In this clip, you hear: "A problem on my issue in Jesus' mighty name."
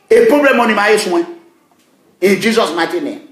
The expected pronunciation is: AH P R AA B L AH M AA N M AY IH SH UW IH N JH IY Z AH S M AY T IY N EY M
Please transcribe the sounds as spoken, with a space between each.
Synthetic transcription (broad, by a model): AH P R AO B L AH M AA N M AY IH S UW IH N JH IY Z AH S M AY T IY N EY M